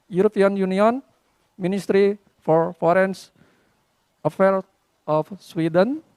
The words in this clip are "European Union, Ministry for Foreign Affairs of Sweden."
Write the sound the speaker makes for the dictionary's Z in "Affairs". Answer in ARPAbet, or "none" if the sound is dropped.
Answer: none